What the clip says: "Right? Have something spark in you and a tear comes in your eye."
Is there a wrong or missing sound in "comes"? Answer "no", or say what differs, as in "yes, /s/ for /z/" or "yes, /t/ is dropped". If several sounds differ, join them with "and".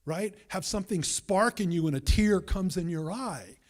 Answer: no